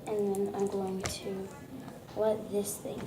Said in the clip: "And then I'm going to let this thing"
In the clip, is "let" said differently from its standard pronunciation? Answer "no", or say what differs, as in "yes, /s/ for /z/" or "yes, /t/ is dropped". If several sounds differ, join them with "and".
yes, /w/ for /l/